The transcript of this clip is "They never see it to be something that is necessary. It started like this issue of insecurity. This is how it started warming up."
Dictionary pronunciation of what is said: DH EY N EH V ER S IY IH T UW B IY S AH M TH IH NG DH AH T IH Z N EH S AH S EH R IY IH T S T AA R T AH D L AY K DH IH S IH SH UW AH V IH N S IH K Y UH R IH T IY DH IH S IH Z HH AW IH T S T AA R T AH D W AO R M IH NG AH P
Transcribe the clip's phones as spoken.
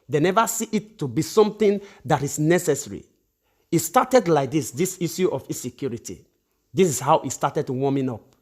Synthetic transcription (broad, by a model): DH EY N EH V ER S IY IH T UW B IY S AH M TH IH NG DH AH T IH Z N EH S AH S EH R IY IH T S T AA T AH D L AY K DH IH S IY S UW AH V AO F S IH K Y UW R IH T IY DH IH S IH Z HH AW IH T S T AA T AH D W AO M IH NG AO P